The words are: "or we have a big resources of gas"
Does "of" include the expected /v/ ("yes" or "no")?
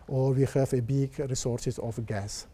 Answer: no